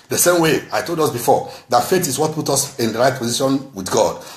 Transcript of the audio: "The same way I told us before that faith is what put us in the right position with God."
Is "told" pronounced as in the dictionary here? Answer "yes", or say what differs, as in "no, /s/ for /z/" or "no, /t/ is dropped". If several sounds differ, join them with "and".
yes